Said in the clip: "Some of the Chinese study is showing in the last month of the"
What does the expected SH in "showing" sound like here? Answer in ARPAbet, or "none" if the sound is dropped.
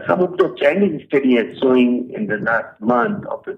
S